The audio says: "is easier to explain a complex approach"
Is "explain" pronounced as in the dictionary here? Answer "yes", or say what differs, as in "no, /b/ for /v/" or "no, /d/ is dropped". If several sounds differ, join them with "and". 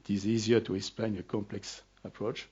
yes